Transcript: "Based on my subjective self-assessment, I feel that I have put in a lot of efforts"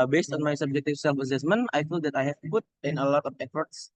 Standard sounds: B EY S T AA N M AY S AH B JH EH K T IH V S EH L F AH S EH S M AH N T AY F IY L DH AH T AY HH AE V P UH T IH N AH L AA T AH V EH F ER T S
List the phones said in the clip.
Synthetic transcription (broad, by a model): B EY S T AA N M AY S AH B JH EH K T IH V S EH L F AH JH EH S M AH N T AY F IY L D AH T AY HH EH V P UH T IH N AH L AA T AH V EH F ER T S